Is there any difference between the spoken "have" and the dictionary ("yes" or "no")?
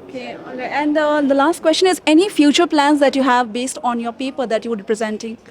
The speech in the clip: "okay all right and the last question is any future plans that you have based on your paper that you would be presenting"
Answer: no